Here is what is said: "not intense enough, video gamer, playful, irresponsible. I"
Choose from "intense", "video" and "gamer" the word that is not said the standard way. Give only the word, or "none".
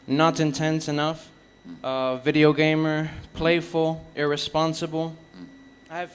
none